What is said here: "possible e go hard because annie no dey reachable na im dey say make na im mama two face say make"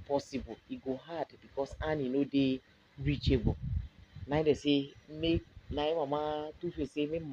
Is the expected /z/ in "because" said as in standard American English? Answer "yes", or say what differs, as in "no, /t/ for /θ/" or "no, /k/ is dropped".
no, /s/ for /z/